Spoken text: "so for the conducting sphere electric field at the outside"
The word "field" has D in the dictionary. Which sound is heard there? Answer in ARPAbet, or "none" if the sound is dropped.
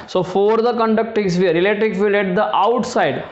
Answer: none